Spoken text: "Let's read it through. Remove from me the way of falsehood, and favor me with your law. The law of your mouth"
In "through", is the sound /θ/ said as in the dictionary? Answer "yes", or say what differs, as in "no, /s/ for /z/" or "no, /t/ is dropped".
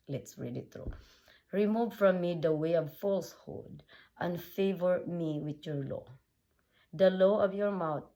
no, /t/ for /θ/